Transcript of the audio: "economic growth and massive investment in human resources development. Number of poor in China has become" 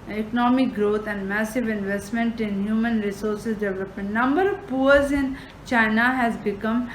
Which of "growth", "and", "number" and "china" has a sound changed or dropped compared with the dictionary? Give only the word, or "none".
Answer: growth